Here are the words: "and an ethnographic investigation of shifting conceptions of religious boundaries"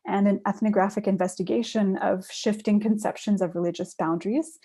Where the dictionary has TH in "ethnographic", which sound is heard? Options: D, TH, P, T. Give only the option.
TH